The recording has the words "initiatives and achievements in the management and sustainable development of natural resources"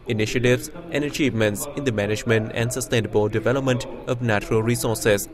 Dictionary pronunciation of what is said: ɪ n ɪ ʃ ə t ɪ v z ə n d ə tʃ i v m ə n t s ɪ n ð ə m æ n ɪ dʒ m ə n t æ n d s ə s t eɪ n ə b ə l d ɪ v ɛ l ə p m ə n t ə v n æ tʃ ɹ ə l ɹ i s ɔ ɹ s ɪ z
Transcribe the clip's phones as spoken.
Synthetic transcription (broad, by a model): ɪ n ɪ ʃ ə t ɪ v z ə n d ə tʃ i v m ə n t s ɪ n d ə m æ n ɪ dʒ m ə n t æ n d s ə s t eɪ n ə b ə l d ɪ v ɛ l ə p m ə n t ə v n æ tʃ ɹ ə l ɹ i s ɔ ɹ s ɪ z